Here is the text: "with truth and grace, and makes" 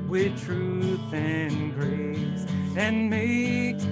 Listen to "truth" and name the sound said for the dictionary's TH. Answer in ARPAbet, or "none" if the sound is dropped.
TH